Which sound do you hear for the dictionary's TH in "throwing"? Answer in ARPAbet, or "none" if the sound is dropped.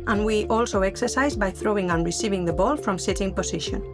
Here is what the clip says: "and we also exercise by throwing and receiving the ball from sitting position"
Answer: TH